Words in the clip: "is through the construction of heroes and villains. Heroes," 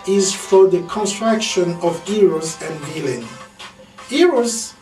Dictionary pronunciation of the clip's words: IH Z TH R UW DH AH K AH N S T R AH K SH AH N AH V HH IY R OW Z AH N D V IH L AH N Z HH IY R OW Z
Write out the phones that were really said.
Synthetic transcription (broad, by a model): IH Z F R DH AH K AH N S T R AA K SH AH N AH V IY R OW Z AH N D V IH L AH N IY R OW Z